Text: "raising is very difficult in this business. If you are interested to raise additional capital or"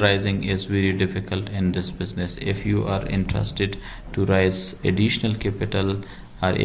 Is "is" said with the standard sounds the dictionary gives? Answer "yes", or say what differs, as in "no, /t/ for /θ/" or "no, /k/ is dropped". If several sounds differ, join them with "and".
yes